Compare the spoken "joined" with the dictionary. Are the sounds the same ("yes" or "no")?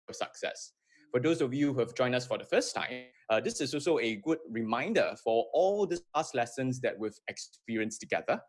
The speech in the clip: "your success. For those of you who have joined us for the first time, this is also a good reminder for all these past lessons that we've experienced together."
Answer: no